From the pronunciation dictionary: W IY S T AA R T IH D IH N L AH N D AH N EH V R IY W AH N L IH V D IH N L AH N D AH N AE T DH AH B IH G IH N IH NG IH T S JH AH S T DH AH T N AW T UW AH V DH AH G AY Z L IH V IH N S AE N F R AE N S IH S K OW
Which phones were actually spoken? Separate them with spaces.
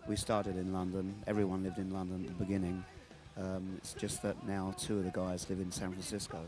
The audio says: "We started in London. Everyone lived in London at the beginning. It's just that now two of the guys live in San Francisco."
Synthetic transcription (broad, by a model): W IY S T AA R T IH D IH N L AH N D AH N EH V R IY W AH N L IH V D IH N L AH N D AH N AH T DH AH B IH G IH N IH NG IH T S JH AH S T DH AH T N AW T UW AH V DH AH G AY Z L IH V IH N S AE N F R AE N S IH S K OW